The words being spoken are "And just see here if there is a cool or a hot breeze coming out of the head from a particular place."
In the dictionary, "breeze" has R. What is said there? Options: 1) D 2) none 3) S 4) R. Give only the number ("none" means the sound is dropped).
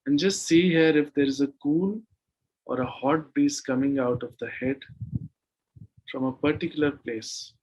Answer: 2